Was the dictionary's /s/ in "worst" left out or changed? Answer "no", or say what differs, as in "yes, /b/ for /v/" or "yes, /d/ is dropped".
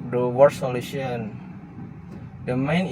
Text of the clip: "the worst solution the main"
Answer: yes, /s/ is dropped